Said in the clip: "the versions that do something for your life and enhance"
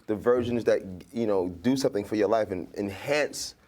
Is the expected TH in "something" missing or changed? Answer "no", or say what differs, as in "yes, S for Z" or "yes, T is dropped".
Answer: no